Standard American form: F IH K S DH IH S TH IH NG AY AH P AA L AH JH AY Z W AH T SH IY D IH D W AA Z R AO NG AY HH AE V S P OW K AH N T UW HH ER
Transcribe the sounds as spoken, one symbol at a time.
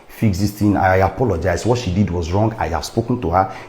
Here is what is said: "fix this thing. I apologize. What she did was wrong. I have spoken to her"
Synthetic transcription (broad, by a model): F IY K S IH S T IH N AY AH P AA L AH JH AY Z W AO T SH IY D IH D W AA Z R AO NG AY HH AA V S P OW K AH N T UW HH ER